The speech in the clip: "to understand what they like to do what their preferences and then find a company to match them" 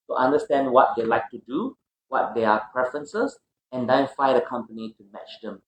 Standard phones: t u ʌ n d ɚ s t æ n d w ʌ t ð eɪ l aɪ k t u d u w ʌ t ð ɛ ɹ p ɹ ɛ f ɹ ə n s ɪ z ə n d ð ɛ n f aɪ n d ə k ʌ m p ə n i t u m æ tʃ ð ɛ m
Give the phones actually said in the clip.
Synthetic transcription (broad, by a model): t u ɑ n d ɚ s t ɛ n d w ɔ t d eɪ l aɪ k t u d u w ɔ t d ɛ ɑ p ɹ ɛ f ɹ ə n s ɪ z ə n d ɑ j f aɪ d ə k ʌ m p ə n i t u m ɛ tʃ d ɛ m